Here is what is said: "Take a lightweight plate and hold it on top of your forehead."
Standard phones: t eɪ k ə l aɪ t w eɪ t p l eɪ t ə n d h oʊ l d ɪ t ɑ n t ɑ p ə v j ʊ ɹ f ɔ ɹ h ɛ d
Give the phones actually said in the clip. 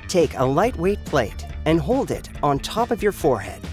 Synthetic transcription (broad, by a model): t eɪ k ə l aɪ t w eɪ t p l eɪ t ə n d h oʊ l d ɪ t n t ɑ p ə v j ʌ ɹ f ɔ ɹ h ɛ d